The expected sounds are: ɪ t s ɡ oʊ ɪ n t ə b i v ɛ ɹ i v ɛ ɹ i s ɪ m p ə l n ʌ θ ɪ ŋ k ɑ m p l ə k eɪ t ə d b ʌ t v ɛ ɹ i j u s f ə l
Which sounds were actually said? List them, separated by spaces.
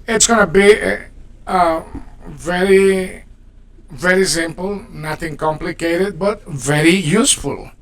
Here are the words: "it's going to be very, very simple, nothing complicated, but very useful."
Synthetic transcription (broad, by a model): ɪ t s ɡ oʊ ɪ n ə b i v ɛ ɹ i v ɛ ɹ i s ɪ m p ə l n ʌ t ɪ ŋ k ɑ m p l ə k eɪ t ə d b ʌ t v ɛ ɹ i j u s f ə l